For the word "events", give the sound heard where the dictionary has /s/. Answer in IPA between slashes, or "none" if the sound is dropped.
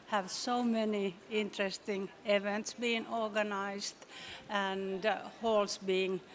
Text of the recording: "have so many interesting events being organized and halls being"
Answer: /s/